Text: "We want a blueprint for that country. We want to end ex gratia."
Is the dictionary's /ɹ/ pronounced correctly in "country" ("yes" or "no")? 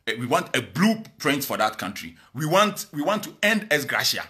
yes